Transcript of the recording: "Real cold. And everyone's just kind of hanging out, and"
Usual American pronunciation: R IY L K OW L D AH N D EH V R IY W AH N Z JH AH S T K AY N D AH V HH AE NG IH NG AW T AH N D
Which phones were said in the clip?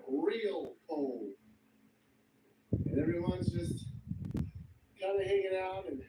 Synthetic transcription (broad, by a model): R IY L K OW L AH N EH V R IY W AH N Z JH AH S T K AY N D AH HH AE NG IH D AW T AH N